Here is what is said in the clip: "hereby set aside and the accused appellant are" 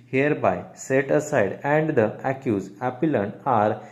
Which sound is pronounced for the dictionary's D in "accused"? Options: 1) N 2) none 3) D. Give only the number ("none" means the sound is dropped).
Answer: 2